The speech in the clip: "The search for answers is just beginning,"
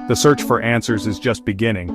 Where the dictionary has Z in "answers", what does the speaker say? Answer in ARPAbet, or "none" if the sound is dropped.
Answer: Z